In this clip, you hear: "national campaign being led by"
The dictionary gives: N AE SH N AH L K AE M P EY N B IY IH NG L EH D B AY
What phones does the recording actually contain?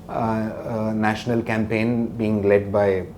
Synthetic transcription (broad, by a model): N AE SH N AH L K AE M P EY N B IY IH NG L EH D B AY